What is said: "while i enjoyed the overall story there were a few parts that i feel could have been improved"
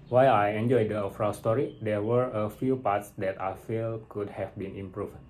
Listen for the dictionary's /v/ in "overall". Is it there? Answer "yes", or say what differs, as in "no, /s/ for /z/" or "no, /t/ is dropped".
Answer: no, /f/ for /v/